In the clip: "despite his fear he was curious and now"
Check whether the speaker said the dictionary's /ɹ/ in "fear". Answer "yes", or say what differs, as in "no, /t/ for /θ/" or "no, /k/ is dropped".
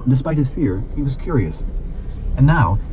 yes